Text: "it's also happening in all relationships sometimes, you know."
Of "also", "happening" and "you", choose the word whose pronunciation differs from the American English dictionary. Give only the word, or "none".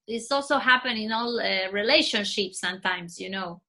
happening